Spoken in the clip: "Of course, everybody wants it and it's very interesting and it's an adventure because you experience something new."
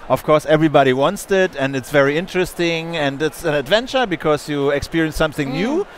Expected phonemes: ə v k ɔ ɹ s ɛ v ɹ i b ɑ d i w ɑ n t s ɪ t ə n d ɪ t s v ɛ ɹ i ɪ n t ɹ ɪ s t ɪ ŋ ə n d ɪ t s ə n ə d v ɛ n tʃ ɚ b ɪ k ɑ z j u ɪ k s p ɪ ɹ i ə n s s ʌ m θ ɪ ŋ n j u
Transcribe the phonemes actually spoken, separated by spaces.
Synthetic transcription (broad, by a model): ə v k ɔ ɹ s ɛ v ɹ i b ɑ d i w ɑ n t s ɪ t ə n d ɪ t s v ɛ ɹ i ɪ n t ɹ ɪ s t ɪ ŋ ə n d ɪ t s ə n ə d v ɛ n tʃ ɚ b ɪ k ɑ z j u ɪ k s p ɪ ɹ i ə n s s ʌ m θ ɪ ŋ n j u